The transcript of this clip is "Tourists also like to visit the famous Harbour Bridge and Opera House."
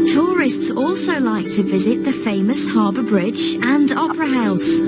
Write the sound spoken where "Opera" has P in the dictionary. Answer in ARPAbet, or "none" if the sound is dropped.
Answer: P